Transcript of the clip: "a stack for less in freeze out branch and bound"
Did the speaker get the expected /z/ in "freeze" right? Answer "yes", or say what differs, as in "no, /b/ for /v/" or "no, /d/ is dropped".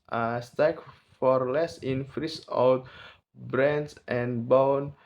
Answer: no, /s/ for /z/